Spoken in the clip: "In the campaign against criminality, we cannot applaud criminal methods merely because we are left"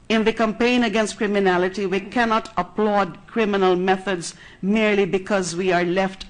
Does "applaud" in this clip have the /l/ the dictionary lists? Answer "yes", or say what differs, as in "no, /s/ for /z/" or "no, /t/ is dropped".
yes